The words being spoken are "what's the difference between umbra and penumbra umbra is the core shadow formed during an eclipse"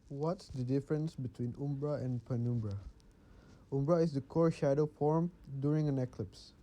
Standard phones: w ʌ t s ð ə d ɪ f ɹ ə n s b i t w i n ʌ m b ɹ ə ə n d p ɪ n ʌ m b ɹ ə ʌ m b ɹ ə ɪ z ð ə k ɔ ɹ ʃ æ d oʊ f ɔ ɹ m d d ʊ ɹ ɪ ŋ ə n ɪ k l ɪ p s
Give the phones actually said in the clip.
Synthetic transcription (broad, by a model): w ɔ t s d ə d ɪ f ɹ ə n s b i t w i n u m b ɹ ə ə n p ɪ n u m b ɹ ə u m b ɹ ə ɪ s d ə k ɔ ɹ ʃ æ d oʊ f ɔ ɹ m d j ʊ ɹ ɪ ŋ ə n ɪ k l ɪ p s